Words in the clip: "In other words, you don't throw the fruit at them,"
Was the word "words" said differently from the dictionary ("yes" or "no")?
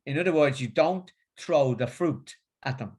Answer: no